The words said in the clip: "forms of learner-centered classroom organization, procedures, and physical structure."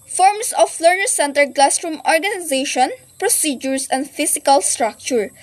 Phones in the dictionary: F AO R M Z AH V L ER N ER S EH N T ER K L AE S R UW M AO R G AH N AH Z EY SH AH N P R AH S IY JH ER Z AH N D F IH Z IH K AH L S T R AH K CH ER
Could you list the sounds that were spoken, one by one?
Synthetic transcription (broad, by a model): F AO R M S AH F L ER N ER S EH N T ER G L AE S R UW M AO R G AH N AH Z EY SH AH N P R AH S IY JH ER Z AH N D F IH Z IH K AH L S T R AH K CH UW